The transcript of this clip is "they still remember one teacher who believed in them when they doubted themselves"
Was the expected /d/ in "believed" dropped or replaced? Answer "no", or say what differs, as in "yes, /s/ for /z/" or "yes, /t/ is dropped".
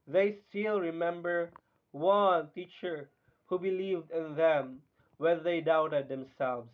no